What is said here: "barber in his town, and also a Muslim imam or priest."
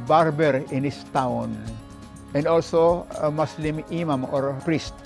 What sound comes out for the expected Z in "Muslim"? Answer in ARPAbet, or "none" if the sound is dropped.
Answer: S